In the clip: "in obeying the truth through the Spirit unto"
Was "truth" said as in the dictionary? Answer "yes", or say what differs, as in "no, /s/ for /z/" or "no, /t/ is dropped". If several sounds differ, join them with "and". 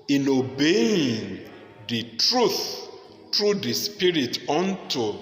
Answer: yes